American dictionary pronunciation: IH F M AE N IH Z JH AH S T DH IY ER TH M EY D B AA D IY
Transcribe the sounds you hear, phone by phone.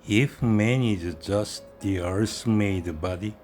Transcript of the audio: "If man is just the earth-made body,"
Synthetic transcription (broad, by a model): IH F M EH N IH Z JH AH S T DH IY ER S M EY D B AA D IY